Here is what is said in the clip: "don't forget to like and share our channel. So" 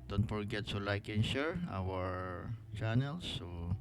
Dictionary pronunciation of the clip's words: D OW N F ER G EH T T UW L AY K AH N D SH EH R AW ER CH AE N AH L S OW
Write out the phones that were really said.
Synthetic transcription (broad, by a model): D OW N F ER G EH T S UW L AY K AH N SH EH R AW ER CH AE N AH L S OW